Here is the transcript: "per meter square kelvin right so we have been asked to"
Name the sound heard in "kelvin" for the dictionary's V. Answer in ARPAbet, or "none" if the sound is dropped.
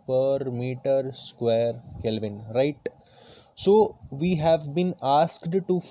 V